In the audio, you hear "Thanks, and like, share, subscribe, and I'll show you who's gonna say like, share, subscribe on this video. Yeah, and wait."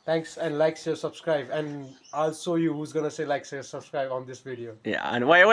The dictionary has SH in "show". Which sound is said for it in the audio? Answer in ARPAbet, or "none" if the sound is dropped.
S